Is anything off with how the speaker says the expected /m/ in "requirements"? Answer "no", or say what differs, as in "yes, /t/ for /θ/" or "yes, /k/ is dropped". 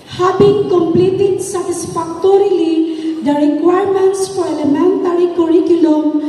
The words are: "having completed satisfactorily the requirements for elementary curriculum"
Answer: no